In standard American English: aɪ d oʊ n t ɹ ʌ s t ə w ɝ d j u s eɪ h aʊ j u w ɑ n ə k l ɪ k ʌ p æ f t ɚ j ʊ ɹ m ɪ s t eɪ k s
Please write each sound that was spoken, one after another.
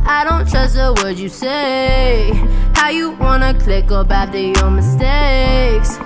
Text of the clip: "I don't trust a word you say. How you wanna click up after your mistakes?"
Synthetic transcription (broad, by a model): aɪ d oʊ n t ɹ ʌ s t ə w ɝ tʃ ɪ s eɪ h aʊ j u w ɑ n ə k l ɪ k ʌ b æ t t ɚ j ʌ ɹ m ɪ s t eɪ k s